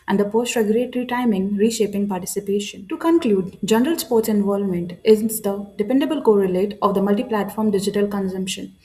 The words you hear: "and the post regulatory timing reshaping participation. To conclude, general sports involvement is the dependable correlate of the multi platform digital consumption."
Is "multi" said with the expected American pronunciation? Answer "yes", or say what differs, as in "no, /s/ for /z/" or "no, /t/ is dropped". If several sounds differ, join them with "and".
yes